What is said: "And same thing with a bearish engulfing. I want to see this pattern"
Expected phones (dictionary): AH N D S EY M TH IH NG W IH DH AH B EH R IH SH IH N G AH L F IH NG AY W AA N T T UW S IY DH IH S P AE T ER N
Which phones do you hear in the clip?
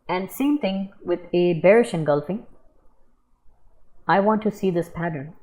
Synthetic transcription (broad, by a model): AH N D S EY M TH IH NG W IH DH AH B EH R IH SH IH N G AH L F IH NG AY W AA N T T UW S IY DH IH S P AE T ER N